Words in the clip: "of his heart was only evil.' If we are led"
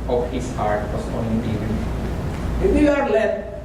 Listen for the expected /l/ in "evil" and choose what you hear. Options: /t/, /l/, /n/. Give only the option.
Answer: /n/